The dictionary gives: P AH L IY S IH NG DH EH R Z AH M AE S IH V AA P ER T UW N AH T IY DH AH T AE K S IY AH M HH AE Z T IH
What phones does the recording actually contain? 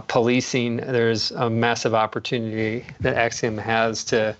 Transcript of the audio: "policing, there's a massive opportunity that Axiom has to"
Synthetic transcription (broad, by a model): P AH L IY S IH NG DH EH R Z AH M AE S IH V AA P ER T UW N AH T IY DH AH T AE K S IY AH M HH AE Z T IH